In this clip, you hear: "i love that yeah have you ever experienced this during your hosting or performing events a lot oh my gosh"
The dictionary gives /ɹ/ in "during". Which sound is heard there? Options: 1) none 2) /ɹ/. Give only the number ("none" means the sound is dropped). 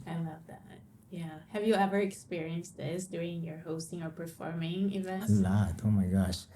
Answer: 1